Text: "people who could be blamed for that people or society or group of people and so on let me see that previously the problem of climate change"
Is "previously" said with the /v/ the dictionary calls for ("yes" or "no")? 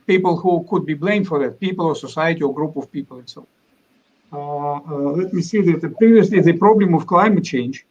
yes